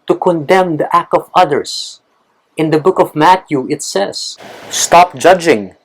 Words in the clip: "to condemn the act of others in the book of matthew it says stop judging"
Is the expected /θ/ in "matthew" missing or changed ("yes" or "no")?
yes